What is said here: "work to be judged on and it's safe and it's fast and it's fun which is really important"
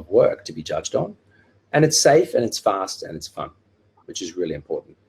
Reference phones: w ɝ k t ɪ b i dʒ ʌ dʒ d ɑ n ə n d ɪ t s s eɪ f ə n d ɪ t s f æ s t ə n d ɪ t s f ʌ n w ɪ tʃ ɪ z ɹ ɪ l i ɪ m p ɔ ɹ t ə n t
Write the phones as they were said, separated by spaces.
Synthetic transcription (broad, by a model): w ɝ k t ɪ b i dʒ ʌ dʒ d n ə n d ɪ t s s eɪ f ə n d ɪ t s f æ s t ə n ɪ t s f ʌ n w ɪ tʃ ɪ z ɹ ɪ l i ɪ m p ɔ ɹ t n t